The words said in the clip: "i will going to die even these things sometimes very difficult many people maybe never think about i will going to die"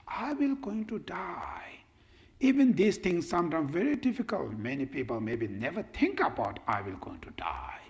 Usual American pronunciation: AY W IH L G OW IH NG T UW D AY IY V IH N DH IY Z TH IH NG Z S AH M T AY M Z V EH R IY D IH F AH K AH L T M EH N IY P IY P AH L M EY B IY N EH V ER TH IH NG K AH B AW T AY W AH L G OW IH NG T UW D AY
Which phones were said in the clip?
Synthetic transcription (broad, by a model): AY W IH L G OW IH NG T UW D AY IY V IH N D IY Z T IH NG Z S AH M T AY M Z V EH R IY D IH F AH K AH L T M EH N IY P IY P AH L M EY B IY N EH V ER T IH NG K AH B AW T AY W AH L G OW IH NG T UW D AY